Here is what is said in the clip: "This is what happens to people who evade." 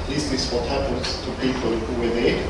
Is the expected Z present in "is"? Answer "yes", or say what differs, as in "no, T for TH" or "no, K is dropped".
no, S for Z